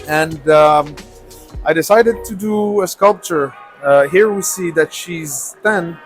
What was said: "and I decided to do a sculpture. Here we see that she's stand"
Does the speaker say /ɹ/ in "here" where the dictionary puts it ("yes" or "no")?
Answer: yes